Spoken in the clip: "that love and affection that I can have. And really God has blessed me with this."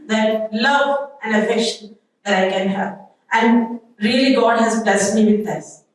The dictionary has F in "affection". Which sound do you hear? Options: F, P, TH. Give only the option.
F